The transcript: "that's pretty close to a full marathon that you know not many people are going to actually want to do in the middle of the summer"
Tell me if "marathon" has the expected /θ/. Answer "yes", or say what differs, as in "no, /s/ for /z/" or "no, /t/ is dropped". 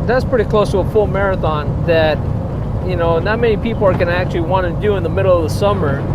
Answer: yes